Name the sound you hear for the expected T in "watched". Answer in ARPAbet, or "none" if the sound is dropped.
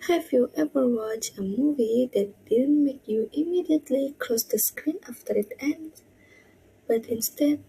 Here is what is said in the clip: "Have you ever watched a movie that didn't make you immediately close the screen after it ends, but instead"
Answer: none